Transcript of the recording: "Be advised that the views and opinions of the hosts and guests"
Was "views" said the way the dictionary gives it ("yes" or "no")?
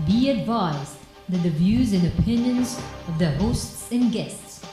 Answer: yes